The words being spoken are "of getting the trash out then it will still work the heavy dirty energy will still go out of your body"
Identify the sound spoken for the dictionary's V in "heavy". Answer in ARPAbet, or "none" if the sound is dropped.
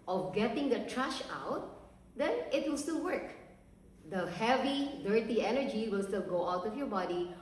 V